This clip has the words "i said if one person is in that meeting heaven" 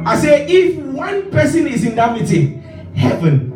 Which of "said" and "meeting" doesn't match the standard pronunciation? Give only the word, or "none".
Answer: said